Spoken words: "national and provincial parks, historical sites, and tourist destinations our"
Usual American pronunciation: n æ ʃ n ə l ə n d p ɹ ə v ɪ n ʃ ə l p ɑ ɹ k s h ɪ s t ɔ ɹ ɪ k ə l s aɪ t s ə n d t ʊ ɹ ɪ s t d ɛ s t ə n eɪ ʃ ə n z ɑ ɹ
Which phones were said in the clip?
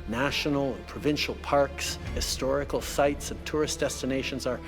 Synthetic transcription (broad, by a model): n æ ʃ n l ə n p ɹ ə v ɪ n ʃ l p ɑ ɹ k s h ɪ s t ɔ ɹ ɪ k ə l s aɪ t s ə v t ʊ ɹ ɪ s d ɛ s t ə n eɪ ʃ ə n z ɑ ɹ